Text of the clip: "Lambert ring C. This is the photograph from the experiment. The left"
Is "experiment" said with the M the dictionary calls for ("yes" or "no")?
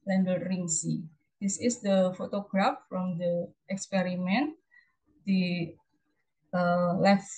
yes